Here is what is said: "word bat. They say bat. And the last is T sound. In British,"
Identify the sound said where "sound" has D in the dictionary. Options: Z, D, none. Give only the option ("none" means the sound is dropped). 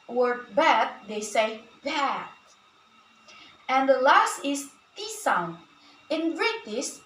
none